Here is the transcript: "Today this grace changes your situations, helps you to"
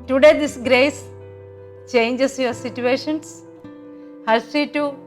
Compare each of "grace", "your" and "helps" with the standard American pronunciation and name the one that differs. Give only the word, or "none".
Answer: helps